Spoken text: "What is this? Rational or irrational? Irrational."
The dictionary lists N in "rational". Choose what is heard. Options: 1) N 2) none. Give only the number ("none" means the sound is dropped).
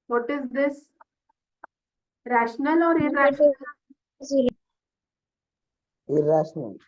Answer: 1